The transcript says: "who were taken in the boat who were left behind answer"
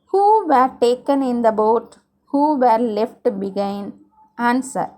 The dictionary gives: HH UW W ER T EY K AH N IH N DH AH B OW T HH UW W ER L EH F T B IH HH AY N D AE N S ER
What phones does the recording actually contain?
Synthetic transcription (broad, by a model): HH UW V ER T EY K AH N IH N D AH B OW T HH UW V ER L EH F T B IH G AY N AE N S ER